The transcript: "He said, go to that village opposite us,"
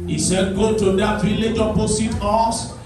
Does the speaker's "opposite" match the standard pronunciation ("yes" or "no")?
no